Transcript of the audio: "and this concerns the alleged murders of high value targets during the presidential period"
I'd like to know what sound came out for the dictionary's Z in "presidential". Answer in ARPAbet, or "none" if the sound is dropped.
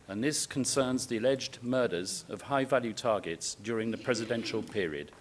Z